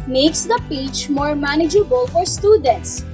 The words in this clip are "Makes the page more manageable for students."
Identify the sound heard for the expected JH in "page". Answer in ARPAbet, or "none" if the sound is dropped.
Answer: CH